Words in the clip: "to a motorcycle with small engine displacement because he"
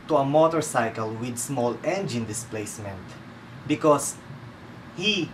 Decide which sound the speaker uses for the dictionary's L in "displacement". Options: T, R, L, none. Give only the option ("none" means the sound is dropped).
L